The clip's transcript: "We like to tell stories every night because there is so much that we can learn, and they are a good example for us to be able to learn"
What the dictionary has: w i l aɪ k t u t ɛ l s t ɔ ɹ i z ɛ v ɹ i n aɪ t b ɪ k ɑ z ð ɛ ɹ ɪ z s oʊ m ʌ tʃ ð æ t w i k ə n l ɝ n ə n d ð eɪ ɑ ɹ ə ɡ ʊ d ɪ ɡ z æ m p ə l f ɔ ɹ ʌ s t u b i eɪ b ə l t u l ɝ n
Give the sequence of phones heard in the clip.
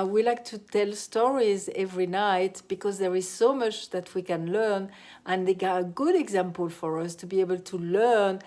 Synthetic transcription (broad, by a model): w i l aɪ k t u t ɛ l s t ɔ ɹ i z ɛ v ɹ i n aɪ t b ɪ k ɑ z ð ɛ ɹ ɪ z s oʊ m ʌ tʃ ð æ t w i k ə n l ɝ n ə n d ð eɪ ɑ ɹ ə ɡ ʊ d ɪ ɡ z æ m p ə l f ɔ ɹ ʌ s t u b i eɪ b ə l t u l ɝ n